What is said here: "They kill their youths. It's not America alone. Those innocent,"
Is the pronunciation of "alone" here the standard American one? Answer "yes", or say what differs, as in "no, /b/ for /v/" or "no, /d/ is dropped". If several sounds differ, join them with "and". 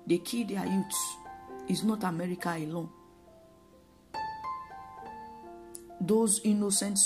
yes